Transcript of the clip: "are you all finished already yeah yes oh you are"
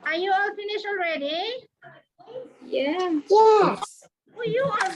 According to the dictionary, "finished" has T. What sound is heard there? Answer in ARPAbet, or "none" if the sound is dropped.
none